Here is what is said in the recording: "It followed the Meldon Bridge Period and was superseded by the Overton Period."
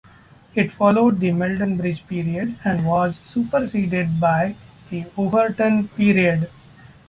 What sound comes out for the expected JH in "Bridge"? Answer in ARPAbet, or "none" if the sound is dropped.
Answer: JH